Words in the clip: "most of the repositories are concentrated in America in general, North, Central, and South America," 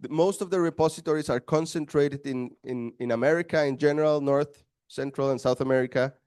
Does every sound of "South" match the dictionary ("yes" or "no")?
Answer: yes